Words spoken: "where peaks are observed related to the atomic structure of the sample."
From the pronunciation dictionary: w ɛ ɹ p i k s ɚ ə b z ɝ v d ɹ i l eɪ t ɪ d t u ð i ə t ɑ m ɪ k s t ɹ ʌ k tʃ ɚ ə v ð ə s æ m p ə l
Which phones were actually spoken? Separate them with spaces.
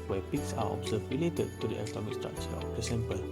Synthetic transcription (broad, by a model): w ɛ p i k s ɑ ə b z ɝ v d ɹ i l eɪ t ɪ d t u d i ə t ɑ m ɪ k s t ɹ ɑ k tʃ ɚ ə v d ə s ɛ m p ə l